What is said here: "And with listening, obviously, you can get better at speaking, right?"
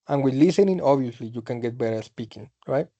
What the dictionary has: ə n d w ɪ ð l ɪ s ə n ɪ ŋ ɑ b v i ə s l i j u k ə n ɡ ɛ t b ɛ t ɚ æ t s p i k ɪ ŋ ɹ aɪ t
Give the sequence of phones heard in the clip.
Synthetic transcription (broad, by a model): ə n w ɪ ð l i s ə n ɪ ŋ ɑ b i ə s l i j u k ə n ɡ ɛ t b ɛ t ɚ s p i k ɪ ŋ ɹ aɪ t